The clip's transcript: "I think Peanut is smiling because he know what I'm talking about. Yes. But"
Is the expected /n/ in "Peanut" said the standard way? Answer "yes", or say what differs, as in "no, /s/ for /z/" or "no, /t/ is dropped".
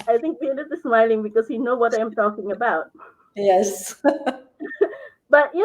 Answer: no, /l/ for /n/